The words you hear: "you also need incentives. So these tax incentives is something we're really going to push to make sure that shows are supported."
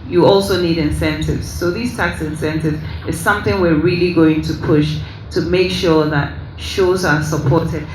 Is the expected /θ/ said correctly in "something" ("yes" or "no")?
yes